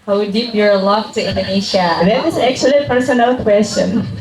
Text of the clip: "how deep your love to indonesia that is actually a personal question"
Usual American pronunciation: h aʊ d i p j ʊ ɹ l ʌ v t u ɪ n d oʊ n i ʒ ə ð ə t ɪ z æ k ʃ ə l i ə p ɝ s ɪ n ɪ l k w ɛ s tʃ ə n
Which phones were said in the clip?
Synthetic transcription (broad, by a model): h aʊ d i p j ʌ ɹ l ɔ f t u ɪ n d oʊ n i ʃ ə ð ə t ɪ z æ k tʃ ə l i p ɝ s ɪ n ɪ l k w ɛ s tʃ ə n